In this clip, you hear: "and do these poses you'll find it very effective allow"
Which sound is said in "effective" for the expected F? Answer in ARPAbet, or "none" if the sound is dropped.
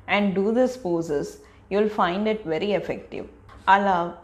F